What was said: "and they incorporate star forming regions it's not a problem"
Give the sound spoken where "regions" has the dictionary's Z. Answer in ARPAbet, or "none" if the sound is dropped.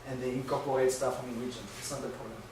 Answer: none